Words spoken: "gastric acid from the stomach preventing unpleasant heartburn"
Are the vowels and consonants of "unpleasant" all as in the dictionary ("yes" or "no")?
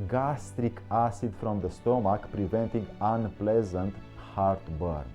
yes